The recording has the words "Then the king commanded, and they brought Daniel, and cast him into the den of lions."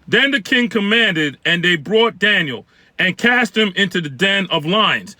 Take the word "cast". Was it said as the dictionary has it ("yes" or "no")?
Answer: yes